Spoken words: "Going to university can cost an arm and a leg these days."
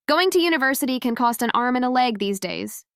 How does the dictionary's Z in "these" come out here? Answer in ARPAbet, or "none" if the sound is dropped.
Z